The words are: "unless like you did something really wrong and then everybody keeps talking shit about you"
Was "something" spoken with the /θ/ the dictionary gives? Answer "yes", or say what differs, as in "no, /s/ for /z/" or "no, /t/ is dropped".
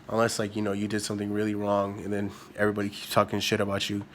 yes